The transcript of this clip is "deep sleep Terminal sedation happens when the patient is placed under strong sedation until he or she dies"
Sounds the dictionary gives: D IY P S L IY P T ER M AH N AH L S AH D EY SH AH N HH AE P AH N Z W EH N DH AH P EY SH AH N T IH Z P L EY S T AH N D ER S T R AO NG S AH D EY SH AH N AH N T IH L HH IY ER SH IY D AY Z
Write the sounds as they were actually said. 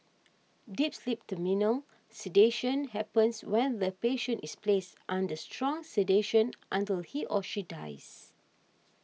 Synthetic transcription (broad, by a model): D IY P S L IY P T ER M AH N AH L S AH D EY SH AH N HH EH P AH N S W EH N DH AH P EY SH AH N T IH S P L EY S T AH N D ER S T R AO NG S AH D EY SH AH N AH N T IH L HH IY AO SH IY D AY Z